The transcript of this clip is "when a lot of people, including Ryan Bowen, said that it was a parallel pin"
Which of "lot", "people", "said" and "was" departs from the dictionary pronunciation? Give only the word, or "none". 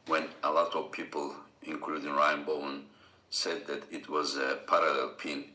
none